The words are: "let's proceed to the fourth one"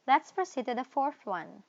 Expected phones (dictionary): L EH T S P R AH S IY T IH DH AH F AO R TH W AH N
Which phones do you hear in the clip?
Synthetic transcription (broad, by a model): L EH T S P R AH S IY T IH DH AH F AO R TH W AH N